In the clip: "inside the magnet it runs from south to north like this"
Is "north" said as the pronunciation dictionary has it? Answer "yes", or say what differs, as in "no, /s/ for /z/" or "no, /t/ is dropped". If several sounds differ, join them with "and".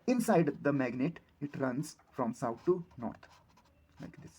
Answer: no, /t/ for /θ/